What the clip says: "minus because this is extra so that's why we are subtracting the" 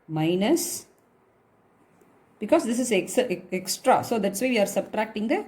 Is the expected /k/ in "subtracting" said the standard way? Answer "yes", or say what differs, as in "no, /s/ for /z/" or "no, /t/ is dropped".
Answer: yes